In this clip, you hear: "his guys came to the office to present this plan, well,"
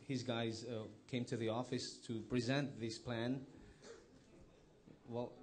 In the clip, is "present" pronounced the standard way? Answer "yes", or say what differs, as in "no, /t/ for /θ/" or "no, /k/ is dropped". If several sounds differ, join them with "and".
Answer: yes